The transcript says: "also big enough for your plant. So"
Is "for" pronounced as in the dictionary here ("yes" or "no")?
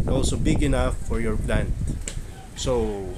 yes